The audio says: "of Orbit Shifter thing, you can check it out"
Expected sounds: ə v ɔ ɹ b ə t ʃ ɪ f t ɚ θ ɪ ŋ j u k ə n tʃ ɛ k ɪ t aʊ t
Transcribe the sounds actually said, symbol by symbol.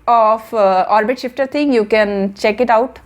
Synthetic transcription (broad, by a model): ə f ɔ ɹ b ə t ʃ ɪ f t ɚ t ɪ ŋ j u k ə n tʃ ɛ k ɪ t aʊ t